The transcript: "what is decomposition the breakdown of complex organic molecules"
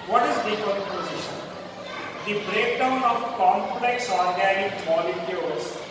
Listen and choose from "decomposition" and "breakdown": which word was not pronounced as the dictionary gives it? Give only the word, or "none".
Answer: decomposition